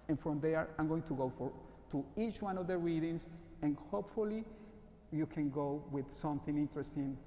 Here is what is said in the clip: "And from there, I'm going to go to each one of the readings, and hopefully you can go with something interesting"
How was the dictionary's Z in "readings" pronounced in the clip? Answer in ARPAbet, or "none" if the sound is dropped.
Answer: S